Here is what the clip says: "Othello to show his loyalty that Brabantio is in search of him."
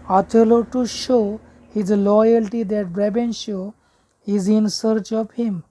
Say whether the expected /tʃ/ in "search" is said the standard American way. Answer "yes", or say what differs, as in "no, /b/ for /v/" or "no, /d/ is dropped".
yes